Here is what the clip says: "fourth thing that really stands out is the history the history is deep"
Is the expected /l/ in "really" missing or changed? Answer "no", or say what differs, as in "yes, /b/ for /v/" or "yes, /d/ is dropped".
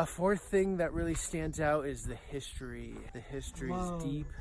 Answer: no